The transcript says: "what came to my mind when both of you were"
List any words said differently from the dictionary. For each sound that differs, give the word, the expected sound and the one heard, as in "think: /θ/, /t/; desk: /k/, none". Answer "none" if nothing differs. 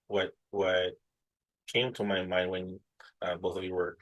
none